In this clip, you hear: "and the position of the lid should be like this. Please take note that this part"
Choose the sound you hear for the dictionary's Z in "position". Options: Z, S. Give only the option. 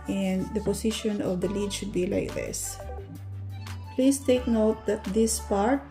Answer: S